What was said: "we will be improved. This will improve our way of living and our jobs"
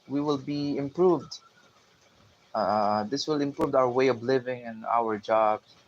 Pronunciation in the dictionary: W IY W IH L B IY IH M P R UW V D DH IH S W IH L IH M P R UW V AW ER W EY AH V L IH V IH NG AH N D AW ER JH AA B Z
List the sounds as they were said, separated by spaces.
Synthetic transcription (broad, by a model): W IY W IH L B IY IH M P R UW V D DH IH S W IH L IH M P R UW V AW ER W EY AH V L IH V IH NG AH N AW ER JH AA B